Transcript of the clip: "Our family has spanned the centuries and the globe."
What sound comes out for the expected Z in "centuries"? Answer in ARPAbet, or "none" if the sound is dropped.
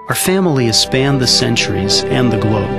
Z